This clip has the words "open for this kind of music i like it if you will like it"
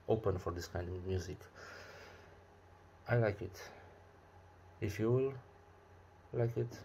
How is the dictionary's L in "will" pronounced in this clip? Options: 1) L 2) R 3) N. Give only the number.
1